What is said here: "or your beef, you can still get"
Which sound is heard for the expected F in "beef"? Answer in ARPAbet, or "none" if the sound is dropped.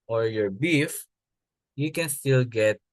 F